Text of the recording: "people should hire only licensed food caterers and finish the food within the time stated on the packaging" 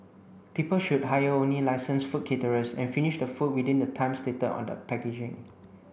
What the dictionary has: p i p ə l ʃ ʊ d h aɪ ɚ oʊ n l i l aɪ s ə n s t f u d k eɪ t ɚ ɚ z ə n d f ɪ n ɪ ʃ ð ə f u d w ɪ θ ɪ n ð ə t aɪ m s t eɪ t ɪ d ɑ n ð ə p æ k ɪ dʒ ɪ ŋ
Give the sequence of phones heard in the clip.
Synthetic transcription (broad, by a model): p i p ə l ʃ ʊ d h aɪ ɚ oʊ n l i l aɪ s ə n s f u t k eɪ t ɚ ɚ s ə n f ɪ n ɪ ʃ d ə f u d w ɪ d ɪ n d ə t aɪ m s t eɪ t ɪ ɑ n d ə p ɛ k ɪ dʒ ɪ ŋ